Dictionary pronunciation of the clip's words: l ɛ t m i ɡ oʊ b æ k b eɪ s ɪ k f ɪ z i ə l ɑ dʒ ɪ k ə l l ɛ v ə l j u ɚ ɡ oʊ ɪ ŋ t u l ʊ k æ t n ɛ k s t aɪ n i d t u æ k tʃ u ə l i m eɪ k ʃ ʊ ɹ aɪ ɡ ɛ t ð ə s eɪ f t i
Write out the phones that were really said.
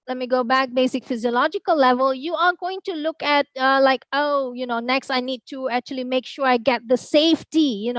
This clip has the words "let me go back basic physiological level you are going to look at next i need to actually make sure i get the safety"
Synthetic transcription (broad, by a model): l ɛ t m i ɡ oʊ b æ k b eɪ s ɪ k f ɪ z i ə l ɑ dʒ ɪ k ə l l ɛ v ə l j u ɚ ɡ oʊ ɪ ŋ t u l ʊ k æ t n ɛ k s t aɪ n i d t u æ k tʃ u ə l i m eɪ k ʃ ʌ ɹ aɪ ɡ ɛ t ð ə s eɪ f t i